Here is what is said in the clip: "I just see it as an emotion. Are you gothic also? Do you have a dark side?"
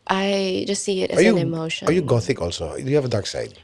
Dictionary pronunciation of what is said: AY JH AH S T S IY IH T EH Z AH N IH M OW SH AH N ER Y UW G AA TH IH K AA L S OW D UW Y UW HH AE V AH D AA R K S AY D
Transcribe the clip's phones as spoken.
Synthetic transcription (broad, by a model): AY JH AH S T S IY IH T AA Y AH N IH M OW SH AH ER Y UW G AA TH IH K AA L S OW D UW Y UW HH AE V AH D AA R K S AY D